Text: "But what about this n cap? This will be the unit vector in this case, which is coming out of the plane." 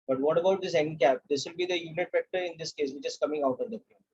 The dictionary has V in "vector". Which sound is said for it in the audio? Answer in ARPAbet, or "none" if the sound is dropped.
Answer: F